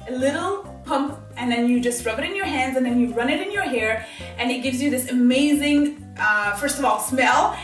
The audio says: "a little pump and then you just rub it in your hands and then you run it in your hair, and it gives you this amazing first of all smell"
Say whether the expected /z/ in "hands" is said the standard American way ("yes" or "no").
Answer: yes